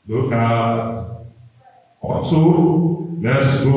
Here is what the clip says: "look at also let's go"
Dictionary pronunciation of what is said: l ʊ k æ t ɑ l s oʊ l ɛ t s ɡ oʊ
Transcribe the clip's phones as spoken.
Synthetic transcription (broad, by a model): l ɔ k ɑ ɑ s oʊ l ɛ t s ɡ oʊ